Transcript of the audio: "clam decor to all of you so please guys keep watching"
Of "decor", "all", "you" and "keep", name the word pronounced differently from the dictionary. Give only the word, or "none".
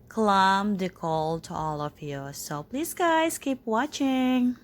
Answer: decor